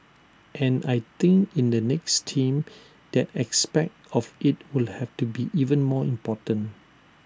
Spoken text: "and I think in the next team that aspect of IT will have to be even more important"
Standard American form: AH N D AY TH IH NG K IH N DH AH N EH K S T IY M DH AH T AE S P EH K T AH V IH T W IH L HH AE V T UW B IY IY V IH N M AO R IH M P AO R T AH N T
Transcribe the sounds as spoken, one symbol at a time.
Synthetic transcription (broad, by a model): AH N AY T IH NG K IH N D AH N EH K S T IY M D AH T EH S P EH K T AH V IH T W IH L HH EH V T UW B IY IY V IH N M AO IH M P AO T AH N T